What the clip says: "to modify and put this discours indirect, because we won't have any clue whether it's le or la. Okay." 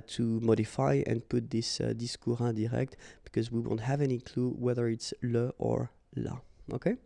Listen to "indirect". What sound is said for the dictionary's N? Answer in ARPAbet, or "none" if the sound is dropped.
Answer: none